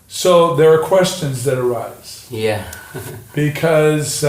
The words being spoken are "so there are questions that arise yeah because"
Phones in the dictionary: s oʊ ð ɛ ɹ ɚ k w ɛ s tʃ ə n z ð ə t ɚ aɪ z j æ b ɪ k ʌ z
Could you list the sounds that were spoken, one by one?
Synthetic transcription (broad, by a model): s oʊ ð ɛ ɹ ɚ k w ɛ s tʃ ə n z ð ə t ɚ aɪ z j æ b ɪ k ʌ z